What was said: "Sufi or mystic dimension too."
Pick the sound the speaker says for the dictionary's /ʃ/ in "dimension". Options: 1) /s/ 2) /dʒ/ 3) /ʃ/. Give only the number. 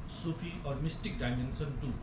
1